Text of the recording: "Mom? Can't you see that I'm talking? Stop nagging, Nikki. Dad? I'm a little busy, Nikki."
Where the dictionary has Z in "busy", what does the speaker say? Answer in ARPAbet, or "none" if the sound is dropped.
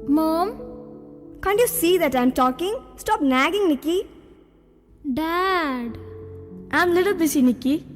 S